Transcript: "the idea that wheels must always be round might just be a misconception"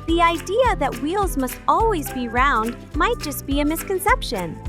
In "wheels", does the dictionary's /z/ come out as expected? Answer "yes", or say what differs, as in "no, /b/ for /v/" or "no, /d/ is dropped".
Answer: yes